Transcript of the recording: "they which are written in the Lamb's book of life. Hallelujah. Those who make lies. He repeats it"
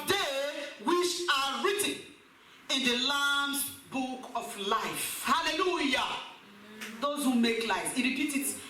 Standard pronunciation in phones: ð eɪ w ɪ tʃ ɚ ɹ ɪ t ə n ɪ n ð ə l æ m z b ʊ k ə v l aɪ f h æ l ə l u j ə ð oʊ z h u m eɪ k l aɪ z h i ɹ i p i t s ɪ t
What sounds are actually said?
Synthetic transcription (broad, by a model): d eɪ w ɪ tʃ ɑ ɹ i t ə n ɪ n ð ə l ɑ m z b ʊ k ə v l aɪ f h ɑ l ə l u j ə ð oʊ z h u m eɪ k l aɪ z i ɹ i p i t ɪ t